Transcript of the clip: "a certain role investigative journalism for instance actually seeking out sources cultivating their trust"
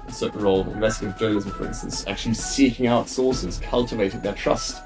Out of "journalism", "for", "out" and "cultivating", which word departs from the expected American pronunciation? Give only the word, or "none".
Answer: journalism